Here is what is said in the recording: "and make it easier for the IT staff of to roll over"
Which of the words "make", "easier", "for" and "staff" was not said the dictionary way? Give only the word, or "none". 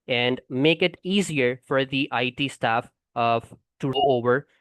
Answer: none